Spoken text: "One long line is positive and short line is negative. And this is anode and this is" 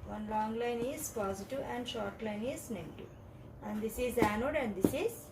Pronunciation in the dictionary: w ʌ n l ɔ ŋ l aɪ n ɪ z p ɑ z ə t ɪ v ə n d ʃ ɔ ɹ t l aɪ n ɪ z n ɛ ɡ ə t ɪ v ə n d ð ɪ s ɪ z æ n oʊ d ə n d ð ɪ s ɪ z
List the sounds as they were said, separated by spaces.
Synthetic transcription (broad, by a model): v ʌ n l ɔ ŋ l aɪ n ɪ z p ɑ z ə t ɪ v ə n d ʃ ɔ ɹ t l aɪ n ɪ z n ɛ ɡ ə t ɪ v ə n d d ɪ s ɪ z æ n oʊ d ə n d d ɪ s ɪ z